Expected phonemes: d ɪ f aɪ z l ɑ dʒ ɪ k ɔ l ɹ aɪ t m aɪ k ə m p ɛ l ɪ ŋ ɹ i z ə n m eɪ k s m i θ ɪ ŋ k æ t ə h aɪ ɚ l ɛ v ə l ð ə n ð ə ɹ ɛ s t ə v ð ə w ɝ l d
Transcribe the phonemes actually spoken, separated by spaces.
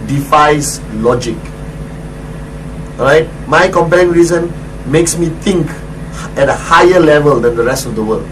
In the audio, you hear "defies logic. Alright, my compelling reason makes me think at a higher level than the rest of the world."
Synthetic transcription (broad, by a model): d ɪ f aɪ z l ɑ dʒ ɪ k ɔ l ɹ aɪ t m aɪ k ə m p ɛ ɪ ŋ ɹ i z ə n m eɪ k s m i t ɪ ŋ k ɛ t ə h aɪ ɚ l ɛ v ə l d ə n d ə ɹ ɛ s t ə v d ə w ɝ l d